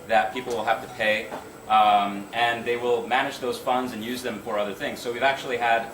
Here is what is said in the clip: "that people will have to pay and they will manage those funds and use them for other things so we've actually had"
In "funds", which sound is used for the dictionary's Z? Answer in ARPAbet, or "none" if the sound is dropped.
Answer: Z